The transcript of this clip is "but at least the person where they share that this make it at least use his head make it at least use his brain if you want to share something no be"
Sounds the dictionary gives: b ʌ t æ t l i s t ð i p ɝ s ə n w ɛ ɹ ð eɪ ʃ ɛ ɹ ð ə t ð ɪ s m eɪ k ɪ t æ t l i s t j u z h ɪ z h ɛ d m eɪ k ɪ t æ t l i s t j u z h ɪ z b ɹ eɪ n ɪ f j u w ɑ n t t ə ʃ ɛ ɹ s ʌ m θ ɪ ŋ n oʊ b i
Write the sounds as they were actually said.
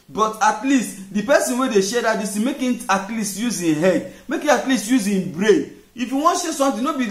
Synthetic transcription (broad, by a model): b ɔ t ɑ t l i s t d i p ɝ s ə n w ɛ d eɪ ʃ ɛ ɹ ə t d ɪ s m eɪ k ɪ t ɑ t l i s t j u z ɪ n h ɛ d m eɪ k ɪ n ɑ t l i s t j u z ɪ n b ɹ eɪ ɪ f j u w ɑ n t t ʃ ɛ s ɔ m t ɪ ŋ n oʊ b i